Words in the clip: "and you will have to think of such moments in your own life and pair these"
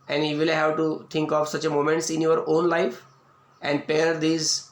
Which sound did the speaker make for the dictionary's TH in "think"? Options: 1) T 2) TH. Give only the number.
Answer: 1